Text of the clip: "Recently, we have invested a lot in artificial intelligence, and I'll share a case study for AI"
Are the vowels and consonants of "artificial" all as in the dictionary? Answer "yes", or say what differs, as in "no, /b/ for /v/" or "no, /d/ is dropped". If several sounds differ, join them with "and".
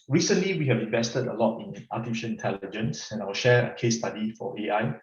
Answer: no, /n/ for /l/